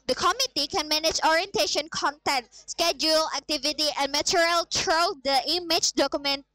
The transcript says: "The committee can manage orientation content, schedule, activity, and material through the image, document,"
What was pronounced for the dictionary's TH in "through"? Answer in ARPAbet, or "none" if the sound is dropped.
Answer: T